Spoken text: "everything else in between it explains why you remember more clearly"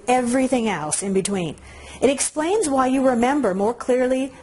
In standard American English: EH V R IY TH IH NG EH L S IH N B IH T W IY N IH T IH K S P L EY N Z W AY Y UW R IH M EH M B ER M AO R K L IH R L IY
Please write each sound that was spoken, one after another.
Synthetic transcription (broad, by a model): EH V R IY TH IH NG EH L S IH N B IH T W IY N IH T IH K S P L EY N Z W AY Y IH R IH M EH M B ER M AO R K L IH R L IY